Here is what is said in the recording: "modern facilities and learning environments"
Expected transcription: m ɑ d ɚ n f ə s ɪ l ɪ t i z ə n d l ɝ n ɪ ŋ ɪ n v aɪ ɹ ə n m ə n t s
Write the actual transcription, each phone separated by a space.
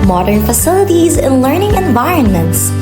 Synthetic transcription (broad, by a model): m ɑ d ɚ n f ə s ɪ l ɪ t i z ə n l ɝ n ɪ ŋ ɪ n v aɪ ɹ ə n m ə n t s